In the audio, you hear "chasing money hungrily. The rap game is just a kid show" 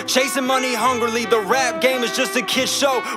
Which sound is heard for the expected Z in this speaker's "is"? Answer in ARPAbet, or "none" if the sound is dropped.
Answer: Z